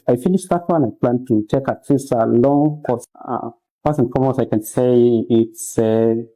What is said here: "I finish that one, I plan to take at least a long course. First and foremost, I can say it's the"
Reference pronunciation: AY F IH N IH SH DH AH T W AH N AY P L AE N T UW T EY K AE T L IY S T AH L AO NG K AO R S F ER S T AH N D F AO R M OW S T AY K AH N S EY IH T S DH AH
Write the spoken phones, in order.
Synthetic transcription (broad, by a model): AY F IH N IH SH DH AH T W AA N AY P L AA N T UW T EY K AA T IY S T AH L AO NG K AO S P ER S AH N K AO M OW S AY K AH N S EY IH T S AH